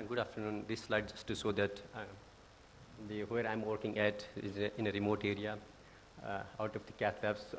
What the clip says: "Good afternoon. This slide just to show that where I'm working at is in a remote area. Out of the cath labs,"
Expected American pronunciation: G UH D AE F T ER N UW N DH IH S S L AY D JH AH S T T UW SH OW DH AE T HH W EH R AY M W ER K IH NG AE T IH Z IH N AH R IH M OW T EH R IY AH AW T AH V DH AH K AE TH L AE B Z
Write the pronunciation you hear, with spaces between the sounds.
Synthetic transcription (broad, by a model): G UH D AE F T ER N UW N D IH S S L AY D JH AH S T T UW S OW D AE T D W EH R AY M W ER K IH NG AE T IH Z IH N AH R IH M OW T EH R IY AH AW T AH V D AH K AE T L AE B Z